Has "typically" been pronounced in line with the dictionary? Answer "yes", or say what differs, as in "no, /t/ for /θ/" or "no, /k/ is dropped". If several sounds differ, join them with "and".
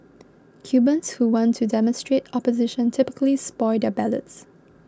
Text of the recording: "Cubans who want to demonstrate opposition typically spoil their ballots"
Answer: yes